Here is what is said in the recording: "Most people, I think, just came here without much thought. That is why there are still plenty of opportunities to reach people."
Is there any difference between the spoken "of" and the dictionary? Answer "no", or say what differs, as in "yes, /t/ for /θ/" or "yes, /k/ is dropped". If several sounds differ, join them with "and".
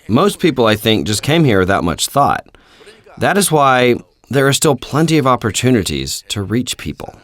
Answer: no